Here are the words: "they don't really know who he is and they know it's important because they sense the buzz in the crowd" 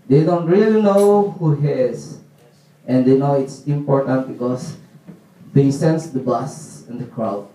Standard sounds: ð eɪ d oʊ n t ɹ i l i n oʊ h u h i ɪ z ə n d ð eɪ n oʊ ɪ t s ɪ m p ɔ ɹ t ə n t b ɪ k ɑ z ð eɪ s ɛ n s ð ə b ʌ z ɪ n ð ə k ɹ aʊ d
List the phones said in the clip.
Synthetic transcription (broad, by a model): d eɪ d oʊ n t ɹ i l i n oʊ h u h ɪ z ə n d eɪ n oʊ ɪ t s ɪ m p ɔ ɹ t ə n t b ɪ k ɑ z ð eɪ s ɛ n s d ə b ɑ s ɪ n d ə k ɹ aʊ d